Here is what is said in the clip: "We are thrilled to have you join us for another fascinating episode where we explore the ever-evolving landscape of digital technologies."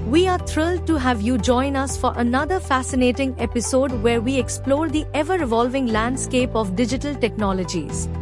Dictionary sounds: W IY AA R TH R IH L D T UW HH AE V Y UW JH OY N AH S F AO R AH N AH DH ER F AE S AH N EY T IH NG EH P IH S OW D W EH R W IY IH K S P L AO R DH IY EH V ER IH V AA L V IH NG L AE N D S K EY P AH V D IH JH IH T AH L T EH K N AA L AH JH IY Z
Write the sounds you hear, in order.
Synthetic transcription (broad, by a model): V IY AA R T R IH L D T UW HH AE V Y UW JH OY N AH S F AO R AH N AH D ER F AE S AH N EY T IH NG EH P IH S OW D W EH R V IY IH K S P L AO R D IY EH V ER IH V AA L V IH NG L AE N D S K EY P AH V D IH JH IH T AH L T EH K N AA L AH JH IY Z